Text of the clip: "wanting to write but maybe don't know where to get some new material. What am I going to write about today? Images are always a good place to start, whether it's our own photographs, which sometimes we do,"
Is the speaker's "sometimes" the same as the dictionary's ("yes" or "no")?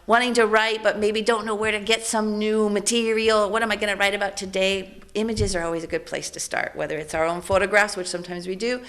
yes